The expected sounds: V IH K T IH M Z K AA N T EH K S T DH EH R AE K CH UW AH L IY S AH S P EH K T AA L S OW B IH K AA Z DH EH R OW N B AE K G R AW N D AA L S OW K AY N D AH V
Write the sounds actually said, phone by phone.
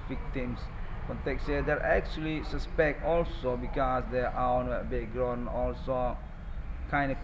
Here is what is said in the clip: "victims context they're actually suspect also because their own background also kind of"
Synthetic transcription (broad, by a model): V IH K T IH M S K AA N T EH K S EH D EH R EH K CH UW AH L IY S AH S P EH K T AA L S OW B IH K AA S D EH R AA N B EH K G R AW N AA L S OW K AY N D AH